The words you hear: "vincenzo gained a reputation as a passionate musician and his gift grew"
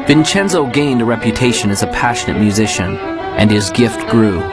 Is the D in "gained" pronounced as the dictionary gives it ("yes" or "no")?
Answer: yes